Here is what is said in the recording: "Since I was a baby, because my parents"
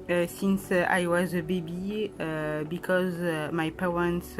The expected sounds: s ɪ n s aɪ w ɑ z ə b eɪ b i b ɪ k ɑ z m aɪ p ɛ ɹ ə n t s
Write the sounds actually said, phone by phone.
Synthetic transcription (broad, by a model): s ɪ n s aɪ w ɑ z ə b eɪ b i b ɪ k ɑ z m aɪ p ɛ ɹ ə n t s